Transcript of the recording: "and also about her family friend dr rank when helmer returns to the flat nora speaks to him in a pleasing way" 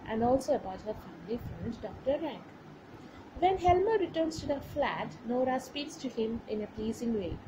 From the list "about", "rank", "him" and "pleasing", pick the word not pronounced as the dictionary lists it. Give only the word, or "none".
none